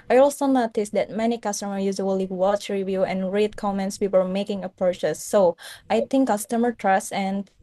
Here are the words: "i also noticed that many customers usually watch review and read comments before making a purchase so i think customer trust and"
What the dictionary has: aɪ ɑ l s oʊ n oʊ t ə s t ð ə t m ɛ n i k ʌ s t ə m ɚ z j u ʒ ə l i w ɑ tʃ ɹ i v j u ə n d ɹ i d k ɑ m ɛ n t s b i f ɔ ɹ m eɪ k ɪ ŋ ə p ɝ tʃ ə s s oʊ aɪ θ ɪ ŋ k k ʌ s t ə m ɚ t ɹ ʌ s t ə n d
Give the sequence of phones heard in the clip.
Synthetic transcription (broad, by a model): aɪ ɑ l s oʊ n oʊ t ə s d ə t m ɛ n i k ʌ s t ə m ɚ j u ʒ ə l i w ɑ tʃ ɹ i v j u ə n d ɹ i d k ɑ m ɛ n t s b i p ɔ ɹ m eɪ k ɪ ŋ ə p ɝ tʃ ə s s oʊ aɪ t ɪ ŋ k k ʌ s t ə m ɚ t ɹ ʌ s ə n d